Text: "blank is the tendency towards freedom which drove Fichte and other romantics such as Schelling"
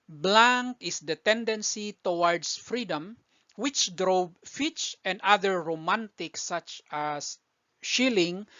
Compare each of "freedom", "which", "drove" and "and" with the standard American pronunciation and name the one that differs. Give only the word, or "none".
drove